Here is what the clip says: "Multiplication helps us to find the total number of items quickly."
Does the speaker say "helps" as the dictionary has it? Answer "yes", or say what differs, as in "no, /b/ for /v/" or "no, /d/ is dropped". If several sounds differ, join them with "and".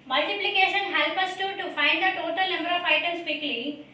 no, /s/ is dropped